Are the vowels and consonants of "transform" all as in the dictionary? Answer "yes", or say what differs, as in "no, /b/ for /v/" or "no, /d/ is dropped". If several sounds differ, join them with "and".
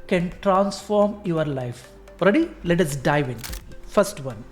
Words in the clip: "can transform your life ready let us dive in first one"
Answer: yes